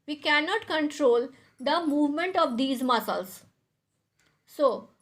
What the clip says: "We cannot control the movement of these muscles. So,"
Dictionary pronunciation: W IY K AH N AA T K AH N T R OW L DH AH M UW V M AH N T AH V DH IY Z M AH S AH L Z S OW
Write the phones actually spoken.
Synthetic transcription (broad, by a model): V IY K AH N AA T K AH N T R OW L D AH M UW V M AH N T AH V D IY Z M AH S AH L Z S OW